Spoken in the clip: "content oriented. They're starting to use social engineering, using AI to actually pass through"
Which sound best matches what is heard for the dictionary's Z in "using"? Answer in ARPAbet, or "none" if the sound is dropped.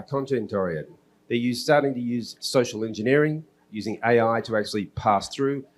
Z